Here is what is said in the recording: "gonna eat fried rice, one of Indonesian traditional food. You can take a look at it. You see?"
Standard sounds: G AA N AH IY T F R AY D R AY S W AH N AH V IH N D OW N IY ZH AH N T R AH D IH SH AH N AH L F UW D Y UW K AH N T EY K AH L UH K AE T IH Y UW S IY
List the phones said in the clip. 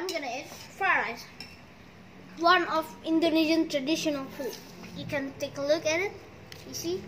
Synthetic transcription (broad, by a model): G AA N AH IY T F AY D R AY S W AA N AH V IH N D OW N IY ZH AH N T R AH D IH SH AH N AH L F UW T Y UW K AH N T EY K AH L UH K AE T IH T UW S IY